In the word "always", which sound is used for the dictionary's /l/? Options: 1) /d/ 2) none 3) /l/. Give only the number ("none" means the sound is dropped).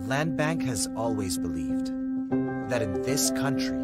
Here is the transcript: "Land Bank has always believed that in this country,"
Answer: 3